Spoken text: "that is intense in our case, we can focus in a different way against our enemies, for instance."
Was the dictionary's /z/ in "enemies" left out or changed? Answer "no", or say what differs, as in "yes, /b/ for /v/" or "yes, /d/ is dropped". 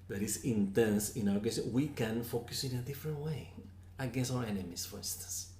yes, /s/ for /z/